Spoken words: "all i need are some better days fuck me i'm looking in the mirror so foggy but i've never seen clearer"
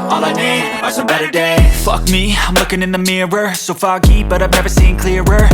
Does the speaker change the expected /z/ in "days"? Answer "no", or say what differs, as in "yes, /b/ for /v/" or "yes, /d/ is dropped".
yes, /z/ is dropped